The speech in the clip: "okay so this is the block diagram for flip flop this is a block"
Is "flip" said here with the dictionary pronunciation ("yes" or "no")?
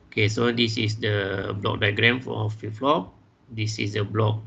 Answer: no